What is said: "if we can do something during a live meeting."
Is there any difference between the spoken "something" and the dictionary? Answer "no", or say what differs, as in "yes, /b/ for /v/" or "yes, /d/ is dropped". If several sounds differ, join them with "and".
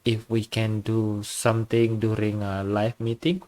yes, /t/ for /θ/